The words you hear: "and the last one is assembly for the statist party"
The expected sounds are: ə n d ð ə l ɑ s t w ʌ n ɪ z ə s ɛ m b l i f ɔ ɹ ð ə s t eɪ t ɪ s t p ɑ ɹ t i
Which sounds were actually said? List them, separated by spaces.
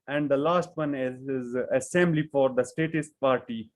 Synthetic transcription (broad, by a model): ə n d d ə l ɑ s t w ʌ n ɪ z ə s ɛ m b l i f ɔ ɹ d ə s t eɪ t ɪ s t p ɑ ɹ t i